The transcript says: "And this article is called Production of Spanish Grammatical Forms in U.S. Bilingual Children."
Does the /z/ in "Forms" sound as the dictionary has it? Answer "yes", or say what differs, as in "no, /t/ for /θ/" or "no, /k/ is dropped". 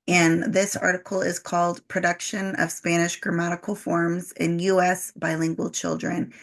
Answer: yes